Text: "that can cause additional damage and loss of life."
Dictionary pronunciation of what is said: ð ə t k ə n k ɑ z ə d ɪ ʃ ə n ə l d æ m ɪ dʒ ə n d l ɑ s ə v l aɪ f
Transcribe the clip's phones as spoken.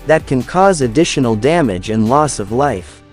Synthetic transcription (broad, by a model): ð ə t k ə n k ɑ z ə d ɪ ʃ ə n l d æ m ɪ dʒ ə n l ɑ s ə v l aɪ f